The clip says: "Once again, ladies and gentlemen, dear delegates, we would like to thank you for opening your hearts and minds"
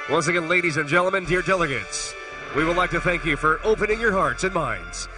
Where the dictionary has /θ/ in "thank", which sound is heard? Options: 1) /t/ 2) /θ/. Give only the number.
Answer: 2